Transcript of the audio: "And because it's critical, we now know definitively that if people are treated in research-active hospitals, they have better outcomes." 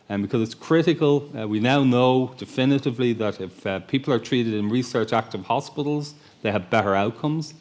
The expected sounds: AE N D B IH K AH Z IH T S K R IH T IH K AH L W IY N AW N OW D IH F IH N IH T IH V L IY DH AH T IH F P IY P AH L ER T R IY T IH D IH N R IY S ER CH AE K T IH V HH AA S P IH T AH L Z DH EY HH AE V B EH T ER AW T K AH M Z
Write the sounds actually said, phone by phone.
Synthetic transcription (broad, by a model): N B IH K AH Z IH T S K R IH T IH K AH L W IY N AW N OW D IH F IH N IH T IH V L IY DH AH T IH F P IY P AH L ER T R IY T IH D IH N R IY S ER CH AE K T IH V HH AA S P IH T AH L Z DH EY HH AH V B EH T ER AW T K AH M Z